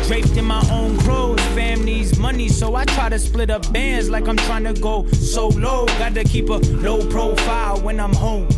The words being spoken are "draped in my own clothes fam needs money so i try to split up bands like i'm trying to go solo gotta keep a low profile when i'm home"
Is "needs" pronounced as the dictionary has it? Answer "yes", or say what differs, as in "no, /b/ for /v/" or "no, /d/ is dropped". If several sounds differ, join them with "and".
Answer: no, /l/ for /n/